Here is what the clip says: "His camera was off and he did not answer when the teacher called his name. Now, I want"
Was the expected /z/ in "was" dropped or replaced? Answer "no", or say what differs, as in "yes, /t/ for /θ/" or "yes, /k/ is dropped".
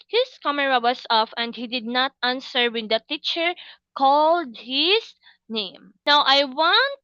yes, /s/ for /z/